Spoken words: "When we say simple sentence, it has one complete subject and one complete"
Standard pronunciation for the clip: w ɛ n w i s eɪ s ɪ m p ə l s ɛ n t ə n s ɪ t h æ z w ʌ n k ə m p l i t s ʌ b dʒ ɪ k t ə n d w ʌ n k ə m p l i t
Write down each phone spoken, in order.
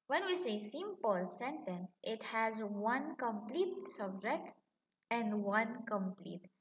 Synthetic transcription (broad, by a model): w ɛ n w i s eɪ s ɪ m p ə l s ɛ n t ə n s ɪ t h æ z w ʌ n k ə m p l i t s ʌ b dʒ ɪ k t ə n d w ʌ n k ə m p l i t